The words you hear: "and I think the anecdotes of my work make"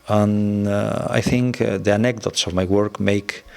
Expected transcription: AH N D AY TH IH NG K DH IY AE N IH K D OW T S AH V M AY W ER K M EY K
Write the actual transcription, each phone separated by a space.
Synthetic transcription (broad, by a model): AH N AY TH IH NG K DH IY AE N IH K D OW T S AH V M AY W ER K M EY K